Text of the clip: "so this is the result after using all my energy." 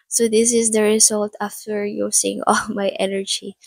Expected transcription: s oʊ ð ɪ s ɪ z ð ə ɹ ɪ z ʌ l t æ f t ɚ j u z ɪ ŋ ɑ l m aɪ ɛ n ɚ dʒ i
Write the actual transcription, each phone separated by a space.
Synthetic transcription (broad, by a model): s oʊ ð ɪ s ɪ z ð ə ɹ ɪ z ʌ l t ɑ f t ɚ j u s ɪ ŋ ɑ l m aɪ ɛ n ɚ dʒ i